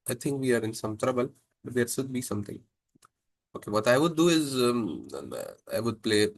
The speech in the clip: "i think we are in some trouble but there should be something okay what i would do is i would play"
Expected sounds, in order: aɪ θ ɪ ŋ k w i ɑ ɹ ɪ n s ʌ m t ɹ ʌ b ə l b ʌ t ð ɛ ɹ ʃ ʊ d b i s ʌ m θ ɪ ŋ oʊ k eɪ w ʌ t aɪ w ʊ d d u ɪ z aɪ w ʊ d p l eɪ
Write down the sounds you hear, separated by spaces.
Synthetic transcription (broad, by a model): aɪ t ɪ ŋ k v i ɑ ɹ ɪ n s ʌ m t ɹ ʌ b ə l b ʌ t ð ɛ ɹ s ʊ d b i s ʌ m t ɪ ŋ oʊ k eɪ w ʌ t aɪ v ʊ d d u ɪ z aɪ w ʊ d p l eɪ